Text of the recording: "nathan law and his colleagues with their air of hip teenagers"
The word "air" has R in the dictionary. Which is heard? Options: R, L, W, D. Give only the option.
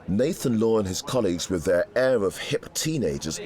R